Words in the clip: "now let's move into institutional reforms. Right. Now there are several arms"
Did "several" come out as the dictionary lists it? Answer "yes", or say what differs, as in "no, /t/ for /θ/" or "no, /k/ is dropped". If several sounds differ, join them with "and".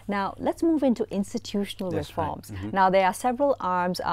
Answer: yes